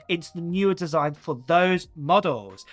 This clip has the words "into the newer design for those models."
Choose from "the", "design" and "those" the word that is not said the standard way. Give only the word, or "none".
none